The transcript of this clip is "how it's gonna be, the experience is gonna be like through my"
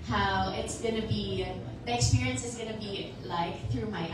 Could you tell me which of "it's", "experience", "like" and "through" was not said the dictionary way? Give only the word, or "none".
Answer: none